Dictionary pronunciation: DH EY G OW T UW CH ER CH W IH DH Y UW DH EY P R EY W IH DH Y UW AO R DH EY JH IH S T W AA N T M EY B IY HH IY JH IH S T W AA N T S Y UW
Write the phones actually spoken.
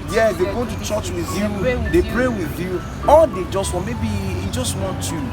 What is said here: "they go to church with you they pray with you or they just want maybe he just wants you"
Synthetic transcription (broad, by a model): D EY G OW T UW CH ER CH W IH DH Y UW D EY P R EY W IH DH Y UW AO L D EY JH IH S T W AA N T M EY B IY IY JH IH S T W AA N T Y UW